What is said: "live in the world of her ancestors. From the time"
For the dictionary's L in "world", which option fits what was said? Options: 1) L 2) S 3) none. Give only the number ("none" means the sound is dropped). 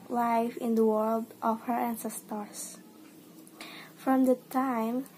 1